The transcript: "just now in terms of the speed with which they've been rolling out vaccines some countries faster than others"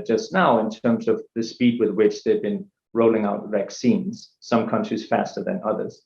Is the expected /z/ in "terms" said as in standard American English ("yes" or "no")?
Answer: yes